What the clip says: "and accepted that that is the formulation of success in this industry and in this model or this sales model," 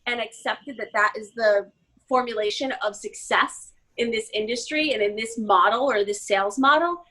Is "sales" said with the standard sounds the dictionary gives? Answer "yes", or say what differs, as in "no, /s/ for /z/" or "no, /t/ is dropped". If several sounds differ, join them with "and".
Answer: yes